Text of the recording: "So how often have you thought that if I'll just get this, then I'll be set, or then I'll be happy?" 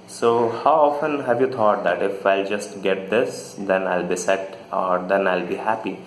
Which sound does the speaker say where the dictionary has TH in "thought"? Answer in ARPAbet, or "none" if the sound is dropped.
T